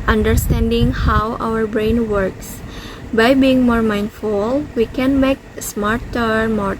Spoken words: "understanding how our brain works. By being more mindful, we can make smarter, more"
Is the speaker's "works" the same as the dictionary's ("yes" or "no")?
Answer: yes